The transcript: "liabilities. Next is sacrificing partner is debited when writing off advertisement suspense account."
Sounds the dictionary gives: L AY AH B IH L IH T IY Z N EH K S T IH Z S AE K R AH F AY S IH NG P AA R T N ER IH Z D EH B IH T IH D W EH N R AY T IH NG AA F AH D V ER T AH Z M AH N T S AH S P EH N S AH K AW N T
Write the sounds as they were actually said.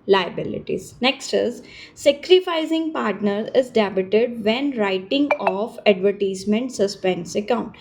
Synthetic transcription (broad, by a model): L AY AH B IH L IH T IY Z N EH K S T IH Z S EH K R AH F AY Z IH NG P AA R T N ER IH Z D EH B IH T IH D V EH N R AY T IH NG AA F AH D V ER T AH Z M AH N T S AH S P EH N S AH K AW N T